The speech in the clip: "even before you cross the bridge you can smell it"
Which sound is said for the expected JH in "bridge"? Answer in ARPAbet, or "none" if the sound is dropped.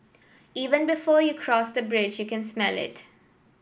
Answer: JH